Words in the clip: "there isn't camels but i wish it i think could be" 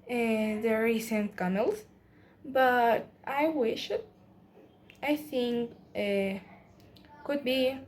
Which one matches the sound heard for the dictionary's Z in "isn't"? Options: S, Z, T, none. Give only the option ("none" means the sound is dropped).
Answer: S